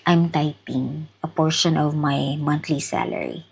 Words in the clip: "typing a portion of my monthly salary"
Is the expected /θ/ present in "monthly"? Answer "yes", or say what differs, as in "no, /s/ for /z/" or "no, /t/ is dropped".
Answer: no, /t/ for /θ/